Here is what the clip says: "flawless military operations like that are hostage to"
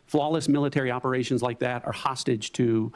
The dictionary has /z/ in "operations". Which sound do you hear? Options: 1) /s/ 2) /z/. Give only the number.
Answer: 2